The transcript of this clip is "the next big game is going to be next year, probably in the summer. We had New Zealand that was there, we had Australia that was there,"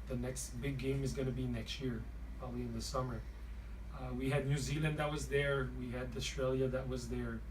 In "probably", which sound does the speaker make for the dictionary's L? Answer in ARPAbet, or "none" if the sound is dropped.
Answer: L